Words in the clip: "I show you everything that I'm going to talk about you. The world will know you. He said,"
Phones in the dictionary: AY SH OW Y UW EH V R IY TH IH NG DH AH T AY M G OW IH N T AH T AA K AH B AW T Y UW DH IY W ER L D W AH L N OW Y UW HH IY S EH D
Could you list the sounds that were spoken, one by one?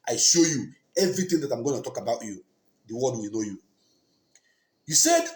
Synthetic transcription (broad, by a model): AY SH OW Y UW EH V R IY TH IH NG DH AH T AY M G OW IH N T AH T AA K AH B AW T Y UW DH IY W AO D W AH N OW Y UW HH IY S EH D